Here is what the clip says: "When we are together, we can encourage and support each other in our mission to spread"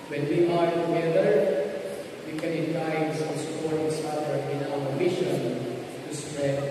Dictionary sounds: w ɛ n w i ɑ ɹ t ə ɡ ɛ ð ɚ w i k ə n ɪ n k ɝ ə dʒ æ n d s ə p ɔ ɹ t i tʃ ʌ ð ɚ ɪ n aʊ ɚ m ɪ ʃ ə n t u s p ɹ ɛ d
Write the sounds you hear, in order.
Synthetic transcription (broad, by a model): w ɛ n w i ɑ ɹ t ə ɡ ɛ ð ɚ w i k ə n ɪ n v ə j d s s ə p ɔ ɹ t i s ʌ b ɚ ɪ n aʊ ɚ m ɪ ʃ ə n t u s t ɹ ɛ